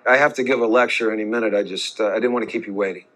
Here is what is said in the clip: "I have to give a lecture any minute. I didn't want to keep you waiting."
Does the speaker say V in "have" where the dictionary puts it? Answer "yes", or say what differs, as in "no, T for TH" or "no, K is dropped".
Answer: no, F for V